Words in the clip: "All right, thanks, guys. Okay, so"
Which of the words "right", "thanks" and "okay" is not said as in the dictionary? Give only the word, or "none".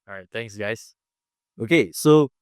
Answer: thanks